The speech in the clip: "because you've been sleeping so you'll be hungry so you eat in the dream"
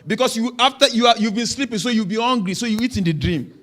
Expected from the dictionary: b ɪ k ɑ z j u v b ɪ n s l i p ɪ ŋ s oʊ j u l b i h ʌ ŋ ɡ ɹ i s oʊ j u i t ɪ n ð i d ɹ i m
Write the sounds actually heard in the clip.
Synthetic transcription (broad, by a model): b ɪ k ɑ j j u v b ɪ n s l i p ɪ ŋ s oʊ j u w b i h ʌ ŋ ɡ ɹ i s oʊ j u i t ɪ n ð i d ɹ i m